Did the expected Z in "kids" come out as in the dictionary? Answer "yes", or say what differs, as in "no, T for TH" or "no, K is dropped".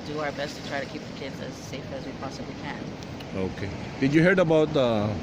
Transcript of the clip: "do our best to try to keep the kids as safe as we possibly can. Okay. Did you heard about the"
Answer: yes